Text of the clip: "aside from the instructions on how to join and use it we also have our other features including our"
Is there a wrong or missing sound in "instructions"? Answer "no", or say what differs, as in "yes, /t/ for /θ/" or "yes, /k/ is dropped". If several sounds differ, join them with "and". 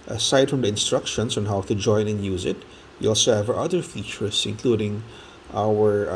yes, /s/ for /z/